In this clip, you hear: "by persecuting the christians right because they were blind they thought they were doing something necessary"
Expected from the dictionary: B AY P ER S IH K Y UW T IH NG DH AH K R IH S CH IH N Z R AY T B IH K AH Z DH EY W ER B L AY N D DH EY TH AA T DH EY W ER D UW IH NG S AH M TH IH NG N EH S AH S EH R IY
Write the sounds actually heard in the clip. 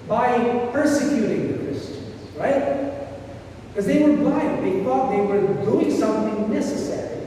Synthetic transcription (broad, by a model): B AY P ER S IH K Y UW T IH NG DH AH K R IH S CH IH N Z R AY T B K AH Z DH EY W ER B AY DH EY TH AA T DH EY W ER D UW IH NG S AH M TH IH NG N EH S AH S EH R IY